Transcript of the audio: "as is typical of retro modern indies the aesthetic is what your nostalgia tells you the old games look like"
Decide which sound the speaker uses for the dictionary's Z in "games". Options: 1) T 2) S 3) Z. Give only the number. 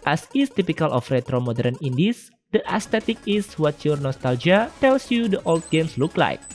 2